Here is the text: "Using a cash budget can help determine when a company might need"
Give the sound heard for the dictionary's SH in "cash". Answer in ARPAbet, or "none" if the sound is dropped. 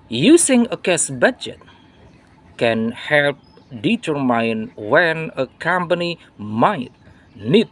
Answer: S